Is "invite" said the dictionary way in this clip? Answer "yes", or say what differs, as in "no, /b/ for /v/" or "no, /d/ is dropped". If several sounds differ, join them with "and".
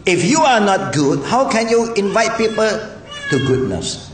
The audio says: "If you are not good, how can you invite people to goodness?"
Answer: yes